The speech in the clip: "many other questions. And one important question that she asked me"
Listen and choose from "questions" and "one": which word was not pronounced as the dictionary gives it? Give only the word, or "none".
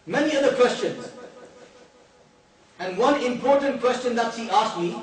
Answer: none